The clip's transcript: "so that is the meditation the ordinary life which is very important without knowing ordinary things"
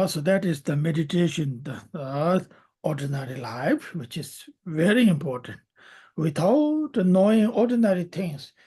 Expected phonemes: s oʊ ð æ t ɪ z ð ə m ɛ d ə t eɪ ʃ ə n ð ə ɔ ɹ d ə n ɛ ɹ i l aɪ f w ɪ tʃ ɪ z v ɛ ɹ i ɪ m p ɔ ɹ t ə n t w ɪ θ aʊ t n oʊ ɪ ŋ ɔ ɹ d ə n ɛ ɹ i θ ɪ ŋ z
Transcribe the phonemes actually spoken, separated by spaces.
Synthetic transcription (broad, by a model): s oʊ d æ t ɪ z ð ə m ɛ d ə t eɪ ʃ ə n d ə ɔ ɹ d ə n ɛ ɹ i l aɪ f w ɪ tʃ ɪ z v ɛ ɹ i ɪ m p ɔ ɹ t ə n t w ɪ t aʊ t n oʊ ɪ ŋ ɔ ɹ d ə n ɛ ɹ i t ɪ ŋ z